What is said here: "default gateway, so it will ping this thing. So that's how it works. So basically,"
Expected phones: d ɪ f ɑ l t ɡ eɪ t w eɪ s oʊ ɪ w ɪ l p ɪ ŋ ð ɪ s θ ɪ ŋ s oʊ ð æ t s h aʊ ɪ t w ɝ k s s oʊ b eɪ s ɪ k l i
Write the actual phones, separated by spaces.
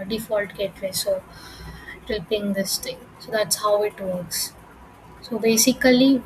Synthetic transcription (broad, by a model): d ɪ f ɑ l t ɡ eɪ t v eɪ s oʊ ɪ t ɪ l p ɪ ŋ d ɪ s t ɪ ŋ s oʊ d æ t s h aʊ ɪ t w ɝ k s s oʊ b eɪ s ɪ k l i